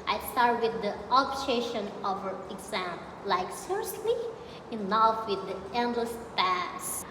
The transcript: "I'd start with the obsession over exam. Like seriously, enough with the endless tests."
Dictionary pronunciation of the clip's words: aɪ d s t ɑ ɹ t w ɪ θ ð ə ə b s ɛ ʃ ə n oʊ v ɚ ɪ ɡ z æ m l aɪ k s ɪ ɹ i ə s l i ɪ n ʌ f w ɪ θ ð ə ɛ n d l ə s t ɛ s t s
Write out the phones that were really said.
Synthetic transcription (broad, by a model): aɪ s t ɑ ɹ t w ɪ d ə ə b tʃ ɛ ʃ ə n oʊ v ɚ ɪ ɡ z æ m l aɪ k s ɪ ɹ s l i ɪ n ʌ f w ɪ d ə ɛ n d l ə s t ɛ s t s